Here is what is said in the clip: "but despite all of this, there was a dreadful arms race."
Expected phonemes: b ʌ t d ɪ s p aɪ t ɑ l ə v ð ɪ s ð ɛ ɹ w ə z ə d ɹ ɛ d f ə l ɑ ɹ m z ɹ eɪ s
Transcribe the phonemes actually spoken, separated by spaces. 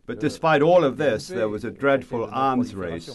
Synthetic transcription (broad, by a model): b ʌ t d ɪ s p aɪ t ɑ l ə v ð ɪ s ð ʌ ɹ w ə z ə d ɹ ɛ d f ə l ɑ ɹ m z ɹ eɪ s